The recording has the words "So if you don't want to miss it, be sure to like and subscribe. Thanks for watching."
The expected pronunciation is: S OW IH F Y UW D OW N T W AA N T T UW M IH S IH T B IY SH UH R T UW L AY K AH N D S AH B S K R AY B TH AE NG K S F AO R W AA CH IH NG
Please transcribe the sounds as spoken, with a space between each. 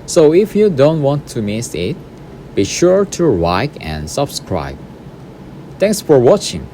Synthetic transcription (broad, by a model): S OW IH F Y UW D OW N T W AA N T T UW M IH S IH T B IY SH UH R T UW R AY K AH N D S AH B S K R AY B T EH NG K S F AO R W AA CH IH NG